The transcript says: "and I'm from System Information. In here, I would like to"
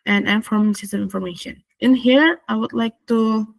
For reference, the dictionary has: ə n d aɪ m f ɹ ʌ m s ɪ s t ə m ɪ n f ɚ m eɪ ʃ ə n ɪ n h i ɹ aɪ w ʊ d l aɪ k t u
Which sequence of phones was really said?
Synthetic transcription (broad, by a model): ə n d aɪ m f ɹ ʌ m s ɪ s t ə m ɪ n f ɚ m eɪ ʃ ə n ɪ n h i ɹ aɪ w ʊ d l aɪ k t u